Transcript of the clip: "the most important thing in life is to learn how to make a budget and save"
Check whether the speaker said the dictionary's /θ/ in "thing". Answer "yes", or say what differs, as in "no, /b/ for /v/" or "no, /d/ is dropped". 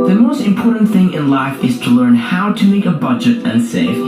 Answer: yes